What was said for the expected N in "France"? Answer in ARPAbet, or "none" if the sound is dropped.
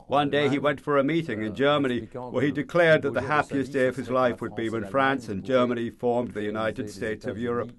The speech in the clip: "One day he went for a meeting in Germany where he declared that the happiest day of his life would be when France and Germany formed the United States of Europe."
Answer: N